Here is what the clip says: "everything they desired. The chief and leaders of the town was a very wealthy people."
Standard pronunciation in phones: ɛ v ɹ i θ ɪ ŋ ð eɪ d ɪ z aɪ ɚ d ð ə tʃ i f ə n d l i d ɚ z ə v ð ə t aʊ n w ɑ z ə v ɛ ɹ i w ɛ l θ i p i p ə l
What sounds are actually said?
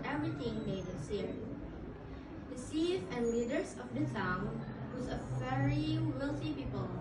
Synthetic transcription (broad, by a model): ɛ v ɹ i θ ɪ ŋ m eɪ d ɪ s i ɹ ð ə s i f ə n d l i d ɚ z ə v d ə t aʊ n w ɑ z ə v ɛ ɹ i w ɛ l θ i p i p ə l